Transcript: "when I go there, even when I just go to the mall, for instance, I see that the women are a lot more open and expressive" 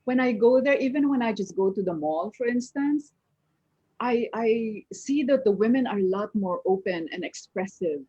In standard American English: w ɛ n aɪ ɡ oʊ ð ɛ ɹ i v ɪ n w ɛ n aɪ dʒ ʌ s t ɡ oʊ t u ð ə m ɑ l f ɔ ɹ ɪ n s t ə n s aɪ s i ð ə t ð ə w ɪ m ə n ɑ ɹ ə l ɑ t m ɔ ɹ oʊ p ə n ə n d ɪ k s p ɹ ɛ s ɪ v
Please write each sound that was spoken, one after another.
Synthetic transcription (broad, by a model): w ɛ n aɪ ɡ oʊ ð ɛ ɹ i v ɪ n w ɛ n aɪ dʒ ʌ s t ɡ oʊ t u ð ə m ɑ l f ɔ ɹ ɪ n s t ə n s aɪ s i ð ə t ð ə w ɪ m ə n ɑ ɹ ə l ɑ t m ɔ ɹ oʊ p ə n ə n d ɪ k s p ɹ ɛ s ɪ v